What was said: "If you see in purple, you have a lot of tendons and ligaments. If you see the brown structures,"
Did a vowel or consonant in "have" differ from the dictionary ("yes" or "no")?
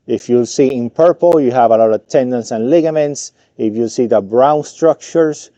no